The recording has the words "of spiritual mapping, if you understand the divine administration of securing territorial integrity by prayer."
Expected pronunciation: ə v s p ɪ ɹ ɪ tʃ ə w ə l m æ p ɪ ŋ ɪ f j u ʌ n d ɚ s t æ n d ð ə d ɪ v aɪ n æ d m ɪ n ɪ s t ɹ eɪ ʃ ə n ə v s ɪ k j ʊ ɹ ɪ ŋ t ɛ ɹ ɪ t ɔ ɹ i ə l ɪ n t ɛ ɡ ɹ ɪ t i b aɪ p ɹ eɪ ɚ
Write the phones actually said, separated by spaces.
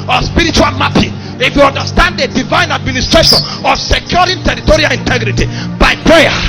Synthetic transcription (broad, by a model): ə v s p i ɹ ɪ tʃ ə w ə l m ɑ p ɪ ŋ ɪ f j u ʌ n d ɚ s t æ n d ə d ɪ v aɪ n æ d m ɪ n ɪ s t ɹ eɪ ʃ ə n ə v s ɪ k j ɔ ɹ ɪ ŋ t ɛ ɹ ɪ t ɔ ɹ i ə l ɪ n t ɛ ɡ ɹ ɪ t i b aɪ p ɹ eɪ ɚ